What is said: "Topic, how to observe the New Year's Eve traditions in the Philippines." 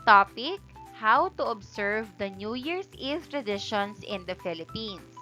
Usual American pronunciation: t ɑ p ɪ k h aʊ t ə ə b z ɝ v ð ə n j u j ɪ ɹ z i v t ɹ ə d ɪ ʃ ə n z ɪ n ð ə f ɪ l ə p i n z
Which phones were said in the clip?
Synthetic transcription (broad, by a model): t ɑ p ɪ k h aʊ t ə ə b s ɝ v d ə n j u j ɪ ɹ s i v t ɹ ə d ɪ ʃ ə n s ɪ n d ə f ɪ l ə p i n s